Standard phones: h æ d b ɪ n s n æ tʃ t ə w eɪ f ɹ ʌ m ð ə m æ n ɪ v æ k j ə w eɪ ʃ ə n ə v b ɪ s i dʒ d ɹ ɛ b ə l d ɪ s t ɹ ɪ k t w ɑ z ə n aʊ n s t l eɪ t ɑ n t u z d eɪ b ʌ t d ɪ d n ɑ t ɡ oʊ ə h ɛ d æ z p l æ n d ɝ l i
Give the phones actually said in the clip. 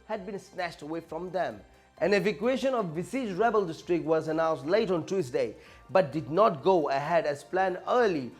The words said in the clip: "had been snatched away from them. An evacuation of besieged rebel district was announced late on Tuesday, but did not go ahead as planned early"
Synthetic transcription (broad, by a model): h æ d b ɪ n s n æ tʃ t ə w eɪ f ɹ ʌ m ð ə m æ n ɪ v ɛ k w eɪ ʃ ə n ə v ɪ s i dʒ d ɹ ɛ b ə l d ɪ s t ɹ ɪ k t w ɑ z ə n aʊ n s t l eɪ t ɑ n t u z d eɪ b ʌ t d ɪ d n ɑ t ɡ oʊ ə h ɛ d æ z p l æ n ɝ l i